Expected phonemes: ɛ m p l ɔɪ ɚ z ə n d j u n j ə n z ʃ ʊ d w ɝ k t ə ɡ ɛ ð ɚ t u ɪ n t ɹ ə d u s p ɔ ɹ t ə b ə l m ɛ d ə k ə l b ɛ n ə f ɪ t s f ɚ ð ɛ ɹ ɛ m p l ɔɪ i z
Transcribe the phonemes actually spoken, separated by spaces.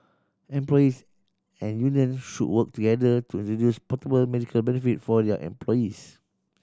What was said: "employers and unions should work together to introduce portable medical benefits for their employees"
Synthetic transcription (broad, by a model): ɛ m p l ɔɪ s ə n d j u n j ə n ʃ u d w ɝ k t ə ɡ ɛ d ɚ t u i n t ɹ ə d u s p ɔ t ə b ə l m ɛ d ə k ə l b ɛ n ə f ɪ t f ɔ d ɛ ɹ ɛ m p l ɔɪ i s